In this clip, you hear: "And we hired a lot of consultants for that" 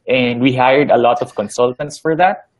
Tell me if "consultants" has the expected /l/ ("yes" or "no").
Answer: yes